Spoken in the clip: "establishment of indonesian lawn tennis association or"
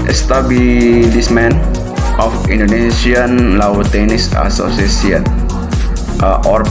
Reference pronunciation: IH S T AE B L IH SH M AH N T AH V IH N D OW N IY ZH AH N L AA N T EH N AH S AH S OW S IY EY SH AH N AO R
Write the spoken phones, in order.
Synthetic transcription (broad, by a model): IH S T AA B L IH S M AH N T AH F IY N D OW N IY S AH N L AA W T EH N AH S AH S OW S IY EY S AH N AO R